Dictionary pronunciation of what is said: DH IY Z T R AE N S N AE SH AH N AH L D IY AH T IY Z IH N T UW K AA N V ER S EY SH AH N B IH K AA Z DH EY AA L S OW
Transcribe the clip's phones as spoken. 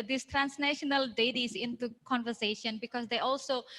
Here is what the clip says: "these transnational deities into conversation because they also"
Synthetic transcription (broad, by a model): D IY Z T R AE N S N AE SH AH N AH L D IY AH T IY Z IH N T UW K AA N V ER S EY SH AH N B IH K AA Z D EY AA L S OW